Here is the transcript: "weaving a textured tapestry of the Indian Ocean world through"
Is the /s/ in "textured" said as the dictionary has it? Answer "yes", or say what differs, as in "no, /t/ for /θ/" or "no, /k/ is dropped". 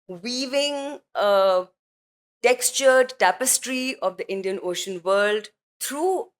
yes